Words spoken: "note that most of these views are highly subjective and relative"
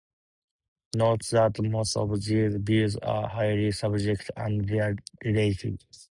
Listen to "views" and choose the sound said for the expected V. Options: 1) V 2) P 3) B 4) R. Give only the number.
3